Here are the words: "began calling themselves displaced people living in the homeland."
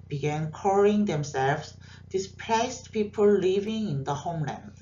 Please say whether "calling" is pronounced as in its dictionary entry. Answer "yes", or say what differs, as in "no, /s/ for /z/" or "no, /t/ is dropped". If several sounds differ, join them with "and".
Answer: no, /l/ is dropped